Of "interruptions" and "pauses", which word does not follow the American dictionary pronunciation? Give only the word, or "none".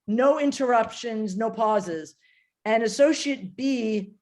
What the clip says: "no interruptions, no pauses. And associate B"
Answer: none